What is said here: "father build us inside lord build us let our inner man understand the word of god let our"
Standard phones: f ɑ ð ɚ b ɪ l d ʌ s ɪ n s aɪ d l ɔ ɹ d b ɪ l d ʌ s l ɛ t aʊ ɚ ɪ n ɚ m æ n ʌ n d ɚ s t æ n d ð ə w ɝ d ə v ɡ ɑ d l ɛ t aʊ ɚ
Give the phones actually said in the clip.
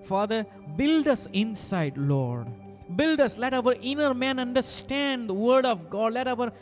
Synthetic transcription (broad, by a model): f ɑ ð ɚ b ɪ l d ʌ s ɪ n s aɪ d l ɔ ɹ d b ɪ l d ʌ s l ɛ t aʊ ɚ ɪ n ɚ m æ n ʌ n d ɚ s t æ n d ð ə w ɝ d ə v ɡ ɑ d l ɛ t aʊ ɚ